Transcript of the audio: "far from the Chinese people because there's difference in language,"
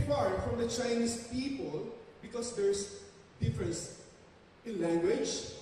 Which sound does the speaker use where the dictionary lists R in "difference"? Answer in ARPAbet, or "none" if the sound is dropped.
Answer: R